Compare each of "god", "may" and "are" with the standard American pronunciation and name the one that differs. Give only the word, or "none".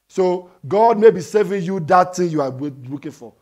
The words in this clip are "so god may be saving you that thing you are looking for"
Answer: are